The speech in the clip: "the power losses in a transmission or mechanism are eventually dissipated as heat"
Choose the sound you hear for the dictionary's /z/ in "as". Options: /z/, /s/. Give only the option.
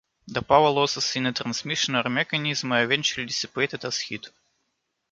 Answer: /s/